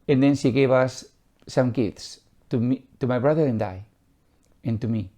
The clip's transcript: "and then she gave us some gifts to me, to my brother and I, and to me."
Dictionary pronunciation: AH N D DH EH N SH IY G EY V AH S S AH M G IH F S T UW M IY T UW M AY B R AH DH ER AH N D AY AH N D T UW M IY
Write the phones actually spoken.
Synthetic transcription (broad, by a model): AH N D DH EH N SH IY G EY B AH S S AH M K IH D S T UW M IY T UW M AY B R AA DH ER AH N D AY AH N T UW M IY